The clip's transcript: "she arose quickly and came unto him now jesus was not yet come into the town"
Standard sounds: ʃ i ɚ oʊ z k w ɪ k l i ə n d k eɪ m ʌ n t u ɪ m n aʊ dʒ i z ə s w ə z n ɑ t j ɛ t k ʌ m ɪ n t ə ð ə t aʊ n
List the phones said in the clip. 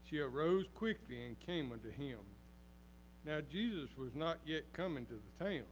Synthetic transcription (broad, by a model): ʃ i ɚ oʊ z k w ɪ k l i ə n k eɪ m ʌ n t u ɪ m n aʊ dʒ i z ə s w ə z n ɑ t j ɛ t k ʌ m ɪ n t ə ð ə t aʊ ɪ